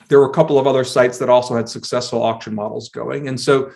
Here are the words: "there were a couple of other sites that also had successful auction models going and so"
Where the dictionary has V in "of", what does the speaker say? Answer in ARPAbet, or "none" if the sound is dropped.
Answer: V